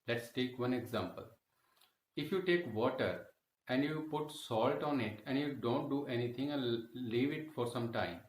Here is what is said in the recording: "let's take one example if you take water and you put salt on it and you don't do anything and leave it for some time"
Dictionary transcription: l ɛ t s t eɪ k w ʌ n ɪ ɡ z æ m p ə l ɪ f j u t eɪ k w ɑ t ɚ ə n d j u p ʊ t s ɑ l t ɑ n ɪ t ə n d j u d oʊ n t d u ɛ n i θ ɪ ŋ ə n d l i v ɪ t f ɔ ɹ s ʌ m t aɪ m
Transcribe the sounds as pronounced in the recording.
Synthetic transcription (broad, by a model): l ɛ t s t eɪ k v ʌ n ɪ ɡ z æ m p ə l ɪ f j u t eɪ k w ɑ t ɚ ə n d j u p ʊ t s ɑ l t ɑ n ɪ t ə n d j u d oʊ n t d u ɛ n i t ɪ ŋ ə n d l i v ɪ t f ɔ ɹ s ʌ m t aɪ m